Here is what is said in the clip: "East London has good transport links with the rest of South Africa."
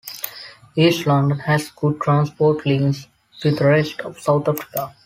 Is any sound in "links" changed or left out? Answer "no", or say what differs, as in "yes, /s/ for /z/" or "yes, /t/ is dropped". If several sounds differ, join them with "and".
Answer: yes, /k/ is dropped